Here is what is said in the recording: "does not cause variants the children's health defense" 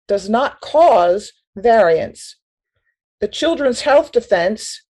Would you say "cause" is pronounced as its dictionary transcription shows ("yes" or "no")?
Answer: yes